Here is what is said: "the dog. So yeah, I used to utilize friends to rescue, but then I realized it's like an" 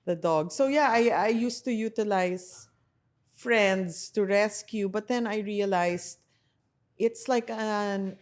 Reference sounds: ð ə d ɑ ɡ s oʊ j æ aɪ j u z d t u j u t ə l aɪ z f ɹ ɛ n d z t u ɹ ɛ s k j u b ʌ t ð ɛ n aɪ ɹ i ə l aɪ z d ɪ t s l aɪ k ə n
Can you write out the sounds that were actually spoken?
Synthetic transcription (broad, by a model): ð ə d ɑ ɡ s oʊ j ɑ aɪ j u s t u j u t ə l aɪ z f ɹ ɛ n d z t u ɹ ɛ s k j u b ʌ t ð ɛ n aɪ ɹ i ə l aɪ s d ɪ t s l aɪ k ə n